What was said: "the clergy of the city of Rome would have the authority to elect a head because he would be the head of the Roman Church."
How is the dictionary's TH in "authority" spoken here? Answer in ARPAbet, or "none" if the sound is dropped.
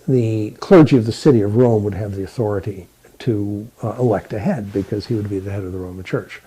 TH